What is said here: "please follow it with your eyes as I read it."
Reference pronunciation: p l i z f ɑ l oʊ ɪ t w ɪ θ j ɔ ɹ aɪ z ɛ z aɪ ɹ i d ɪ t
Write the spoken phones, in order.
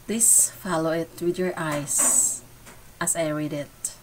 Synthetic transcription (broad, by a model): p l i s f ɑ l oʊ ɪ t w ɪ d j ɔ ɹ aɪ s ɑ s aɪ ɹ i d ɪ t